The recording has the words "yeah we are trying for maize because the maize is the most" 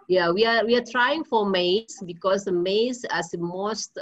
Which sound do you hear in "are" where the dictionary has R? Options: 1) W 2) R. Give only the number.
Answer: 1